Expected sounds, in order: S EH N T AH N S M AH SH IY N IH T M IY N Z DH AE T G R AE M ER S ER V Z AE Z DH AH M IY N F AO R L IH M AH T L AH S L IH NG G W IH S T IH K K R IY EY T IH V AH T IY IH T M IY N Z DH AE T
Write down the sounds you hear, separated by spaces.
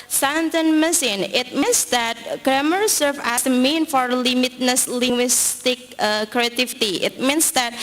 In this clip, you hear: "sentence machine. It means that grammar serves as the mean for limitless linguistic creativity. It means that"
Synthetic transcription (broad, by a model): S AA N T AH N M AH S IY N IH T M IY N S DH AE T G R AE M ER S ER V AE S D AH M IY N F AO R L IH M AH T N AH S L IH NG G W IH S T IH K K R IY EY T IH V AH T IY IH T M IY N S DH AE T